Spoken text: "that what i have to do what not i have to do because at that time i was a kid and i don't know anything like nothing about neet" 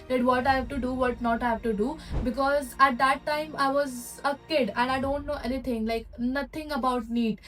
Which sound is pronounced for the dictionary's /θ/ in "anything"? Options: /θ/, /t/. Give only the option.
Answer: /t/